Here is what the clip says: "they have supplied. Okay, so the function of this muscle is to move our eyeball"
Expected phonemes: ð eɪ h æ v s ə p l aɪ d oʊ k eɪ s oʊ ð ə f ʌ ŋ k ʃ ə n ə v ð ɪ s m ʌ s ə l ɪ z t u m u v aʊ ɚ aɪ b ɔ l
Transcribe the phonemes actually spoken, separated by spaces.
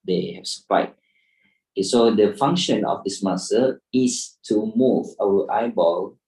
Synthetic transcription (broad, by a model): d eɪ h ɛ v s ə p aɪ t oʊ k eɪ s oʊ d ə f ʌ ŋ k ʃ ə n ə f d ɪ s m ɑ s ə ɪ s t u m u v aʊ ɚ aɪ b ɔ l